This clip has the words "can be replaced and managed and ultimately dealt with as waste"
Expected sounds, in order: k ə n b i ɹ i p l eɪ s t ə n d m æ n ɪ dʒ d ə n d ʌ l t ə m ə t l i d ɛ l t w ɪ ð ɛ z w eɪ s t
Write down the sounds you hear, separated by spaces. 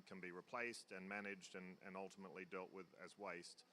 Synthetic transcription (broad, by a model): k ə n b i ɹ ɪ p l eɪ s t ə n m æ n ɪ dʒ d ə n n ʌ l t ə m ə t l i d ɛ l t w ɪ ð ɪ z w eɪ s t